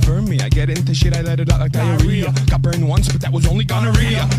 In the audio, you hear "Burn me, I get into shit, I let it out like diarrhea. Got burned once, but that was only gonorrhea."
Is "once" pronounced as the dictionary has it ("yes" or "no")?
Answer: yes